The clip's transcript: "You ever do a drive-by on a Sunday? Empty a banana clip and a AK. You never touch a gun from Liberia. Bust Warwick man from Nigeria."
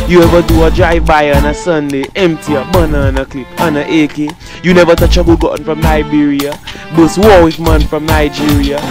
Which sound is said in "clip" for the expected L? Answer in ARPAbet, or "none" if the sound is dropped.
L